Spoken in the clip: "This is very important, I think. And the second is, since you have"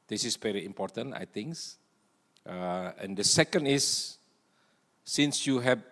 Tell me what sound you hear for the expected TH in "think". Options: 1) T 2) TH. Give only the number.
1